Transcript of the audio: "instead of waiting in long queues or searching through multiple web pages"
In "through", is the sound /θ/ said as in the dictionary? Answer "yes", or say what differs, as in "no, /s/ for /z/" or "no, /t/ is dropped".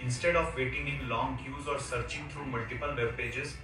no, /t/ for /θ/